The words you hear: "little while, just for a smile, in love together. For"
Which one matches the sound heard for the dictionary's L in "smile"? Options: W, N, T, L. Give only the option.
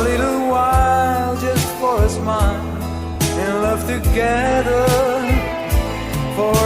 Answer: N